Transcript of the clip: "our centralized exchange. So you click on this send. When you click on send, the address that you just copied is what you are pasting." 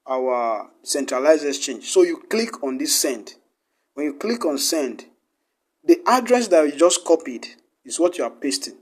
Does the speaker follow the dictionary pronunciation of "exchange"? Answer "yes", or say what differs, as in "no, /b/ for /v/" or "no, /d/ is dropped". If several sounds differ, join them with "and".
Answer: no, /k/ is dropped